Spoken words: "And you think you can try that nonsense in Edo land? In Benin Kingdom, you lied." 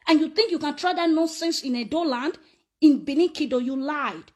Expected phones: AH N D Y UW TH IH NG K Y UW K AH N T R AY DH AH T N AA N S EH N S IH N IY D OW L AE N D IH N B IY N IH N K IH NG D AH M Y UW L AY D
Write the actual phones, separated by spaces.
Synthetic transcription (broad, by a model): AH N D Y UW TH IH NG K Y UW K AH N T R AY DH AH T N AA N S EH N S IH N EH D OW L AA N D IH N B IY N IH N K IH D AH Y UW L AY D